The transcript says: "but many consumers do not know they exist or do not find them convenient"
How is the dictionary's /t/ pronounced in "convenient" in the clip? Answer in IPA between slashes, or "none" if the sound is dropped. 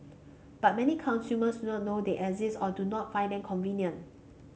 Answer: none